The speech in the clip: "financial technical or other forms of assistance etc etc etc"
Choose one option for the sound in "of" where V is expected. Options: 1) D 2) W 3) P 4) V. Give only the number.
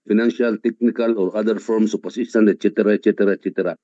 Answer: 3